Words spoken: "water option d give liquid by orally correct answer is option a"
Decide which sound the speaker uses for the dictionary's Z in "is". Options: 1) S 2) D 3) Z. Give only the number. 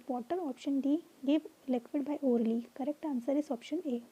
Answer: 1